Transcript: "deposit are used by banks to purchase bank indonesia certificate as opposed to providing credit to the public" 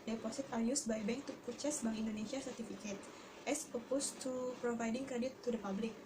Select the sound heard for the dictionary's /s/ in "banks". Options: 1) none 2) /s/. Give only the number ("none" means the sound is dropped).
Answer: 1